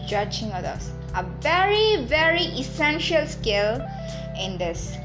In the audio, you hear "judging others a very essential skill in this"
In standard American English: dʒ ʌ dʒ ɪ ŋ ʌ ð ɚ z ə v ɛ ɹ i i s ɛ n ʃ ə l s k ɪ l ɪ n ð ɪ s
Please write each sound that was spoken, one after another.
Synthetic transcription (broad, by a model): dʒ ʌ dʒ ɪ ŋ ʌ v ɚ ə v ɛ ɹ i i s ɛ n ʃ ə l s k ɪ l ɪ n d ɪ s